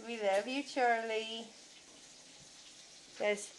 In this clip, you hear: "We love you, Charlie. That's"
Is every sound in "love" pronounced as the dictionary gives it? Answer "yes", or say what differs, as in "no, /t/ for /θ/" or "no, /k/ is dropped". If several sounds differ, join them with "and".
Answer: no, /f/ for /v/